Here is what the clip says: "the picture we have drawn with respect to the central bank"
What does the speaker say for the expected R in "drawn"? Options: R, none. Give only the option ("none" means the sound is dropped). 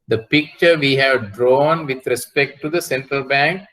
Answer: R